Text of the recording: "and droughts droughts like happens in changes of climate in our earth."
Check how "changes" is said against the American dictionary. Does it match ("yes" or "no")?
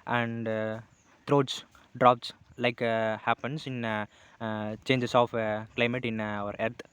no